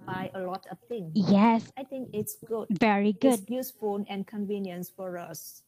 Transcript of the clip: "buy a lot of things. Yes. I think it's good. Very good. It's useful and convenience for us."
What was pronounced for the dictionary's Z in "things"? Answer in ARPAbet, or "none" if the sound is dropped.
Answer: none